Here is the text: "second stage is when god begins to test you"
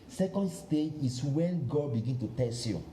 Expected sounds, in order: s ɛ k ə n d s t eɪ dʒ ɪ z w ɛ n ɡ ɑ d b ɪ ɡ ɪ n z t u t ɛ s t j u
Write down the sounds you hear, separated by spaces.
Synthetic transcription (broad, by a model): s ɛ k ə n d s t eɪ dʒ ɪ s w ɛ n ɡ ɑ d b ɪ ɡ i n t u t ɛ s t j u